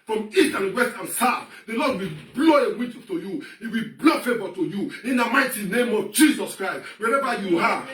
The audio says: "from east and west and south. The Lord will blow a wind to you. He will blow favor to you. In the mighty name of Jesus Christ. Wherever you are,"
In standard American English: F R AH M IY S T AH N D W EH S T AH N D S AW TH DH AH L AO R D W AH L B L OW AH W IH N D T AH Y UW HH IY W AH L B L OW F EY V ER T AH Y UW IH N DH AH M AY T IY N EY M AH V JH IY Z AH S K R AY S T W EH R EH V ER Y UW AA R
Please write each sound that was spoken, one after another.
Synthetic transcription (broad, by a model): F R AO M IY T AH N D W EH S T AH N S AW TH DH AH L AO D W AH L B L OW AH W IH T T AH Y UW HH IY W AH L B L OW F EY V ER T AH Y UW IH N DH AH M AY T IY N EY M AH V JH IY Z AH S K R AY S T W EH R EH V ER Y UW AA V